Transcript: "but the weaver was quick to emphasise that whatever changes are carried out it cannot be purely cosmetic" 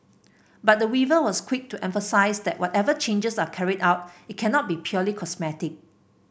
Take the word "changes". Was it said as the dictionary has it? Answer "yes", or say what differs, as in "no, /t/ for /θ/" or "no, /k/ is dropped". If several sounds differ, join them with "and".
no, /s/ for /z/